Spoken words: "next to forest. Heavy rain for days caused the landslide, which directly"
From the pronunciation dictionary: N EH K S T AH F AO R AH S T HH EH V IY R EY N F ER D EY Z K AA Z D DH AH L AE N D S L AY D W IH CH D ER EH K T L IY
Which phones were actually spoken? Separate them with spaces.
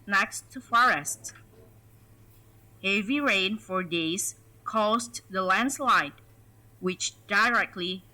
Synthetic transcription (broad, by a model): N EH K S T AH F AO R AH S T HH EH V IY R EY N F ER D EY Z K AA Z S DH AH L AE N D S L AY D W IH CH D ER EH K T L IY